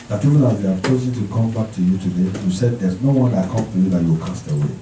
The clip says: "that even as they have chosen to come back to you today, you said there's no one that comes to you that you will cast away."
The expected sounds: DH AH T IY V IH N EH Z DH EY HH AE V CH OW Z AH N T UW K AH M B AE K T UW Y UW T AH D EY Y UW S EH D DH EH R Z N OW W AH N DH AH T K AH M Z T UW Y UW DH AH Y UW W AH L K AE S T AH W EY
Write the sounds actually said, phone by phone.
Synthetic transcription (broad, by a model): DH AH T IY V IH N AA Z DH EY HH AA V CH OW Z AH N T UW K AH M B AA K T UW Y UW T AH D EY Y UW S EH D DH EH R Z N OW W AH N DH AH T K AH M T UW Y UW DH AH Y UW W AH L K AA S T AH W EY